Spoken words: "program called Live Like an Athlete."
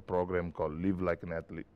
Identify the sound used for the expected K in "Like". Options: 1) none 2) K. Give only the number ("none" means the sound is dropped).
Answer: 2